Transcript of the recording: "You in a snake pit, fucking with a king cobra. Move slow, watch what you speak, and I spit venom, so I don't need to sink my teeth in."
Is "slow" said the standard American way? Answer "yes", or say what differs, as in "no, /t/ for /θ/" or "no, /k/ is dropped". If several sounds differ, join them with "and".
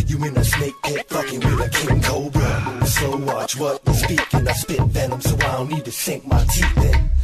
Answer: no, /l/ is dropped